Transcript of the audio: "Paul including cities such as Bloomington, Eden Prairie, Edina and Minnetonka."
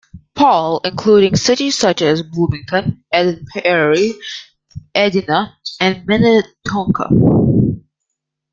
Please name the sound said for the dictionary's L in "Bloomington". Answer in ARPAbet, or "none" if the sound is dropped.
none